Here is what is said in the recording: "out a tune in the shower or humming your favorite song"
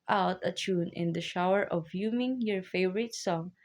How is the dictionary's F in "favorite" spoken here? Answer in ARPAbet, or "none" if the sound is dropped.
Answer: F